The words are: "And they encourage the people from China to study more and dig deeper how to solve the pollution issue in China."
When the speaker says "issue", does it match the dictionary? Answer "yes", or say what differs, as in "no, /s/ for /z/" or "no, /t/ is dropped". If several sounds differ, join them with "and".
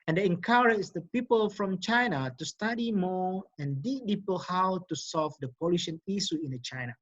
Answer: no, /s/ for /ʃ/